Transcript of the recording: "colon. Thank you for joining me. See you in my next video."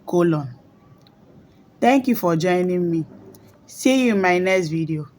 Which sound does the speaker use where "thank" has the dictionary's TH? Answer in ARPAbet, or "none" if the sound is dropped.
T